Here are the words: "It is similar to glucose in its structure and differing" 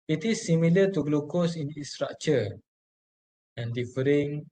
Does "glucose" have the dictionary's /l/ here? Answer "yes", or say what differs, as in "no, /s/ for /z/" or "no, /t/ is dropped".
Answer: yes